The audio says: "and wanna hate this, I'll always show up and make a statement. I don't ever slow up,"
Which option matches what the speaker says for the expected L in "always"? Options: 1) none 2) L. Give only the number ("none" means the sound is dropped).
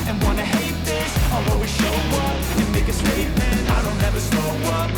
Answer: 1